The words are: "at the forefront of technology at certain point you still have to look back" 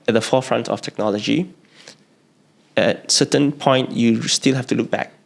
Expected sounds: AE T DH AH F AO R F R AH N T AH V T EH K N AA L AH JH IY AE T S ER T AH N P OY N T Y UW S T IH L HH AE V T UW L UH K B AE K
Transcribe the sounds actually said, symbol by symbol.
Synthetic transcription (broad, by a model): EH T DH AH F AO F R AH N T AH F T EH K N AA L AH JH IY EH T S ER T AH N P OY N T Y UW S T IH L HH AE F T UW L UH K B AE K